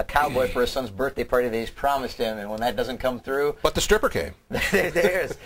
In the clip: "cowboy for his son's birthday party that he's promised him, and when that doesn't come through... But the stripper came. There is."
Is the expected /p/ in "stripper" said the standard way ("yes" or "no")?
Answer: yes